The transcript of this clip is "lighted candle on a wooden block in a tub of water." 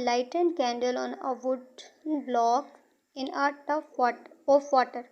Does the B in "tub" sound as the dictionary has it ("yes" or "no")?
no